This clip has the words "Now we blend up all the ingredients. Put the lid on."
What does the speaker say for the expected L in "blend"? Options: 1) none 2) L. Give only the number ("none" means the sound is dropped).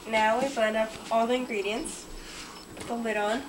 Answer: 1